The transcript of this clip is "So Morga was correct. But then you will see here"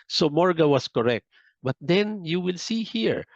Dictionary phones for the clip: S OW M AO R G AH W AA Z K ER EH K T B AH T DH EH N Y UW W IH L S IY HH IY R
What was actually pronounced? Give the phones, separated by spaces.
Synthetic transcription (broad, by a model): S OW M AO R G AH W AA S K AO EH K T B AH T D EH N Y UW W IH L S IY HH IY R